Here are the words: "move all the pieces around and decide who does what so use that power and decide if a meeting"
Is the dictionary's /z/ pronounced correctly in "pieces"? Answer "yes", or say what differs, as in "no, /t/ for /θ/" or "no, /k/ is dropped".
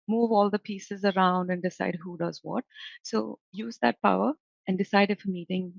yes